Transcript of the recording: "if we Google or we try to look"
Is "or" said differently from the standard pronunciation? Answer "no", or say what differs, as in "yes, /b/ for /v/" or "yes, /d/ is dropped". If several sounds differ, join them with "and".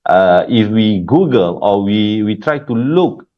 yes, /w/ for /ɹ/